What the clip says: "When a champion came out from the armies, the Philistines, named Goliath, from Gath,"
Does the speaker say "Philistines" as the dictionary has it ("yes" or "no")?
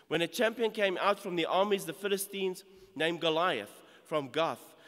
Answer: yes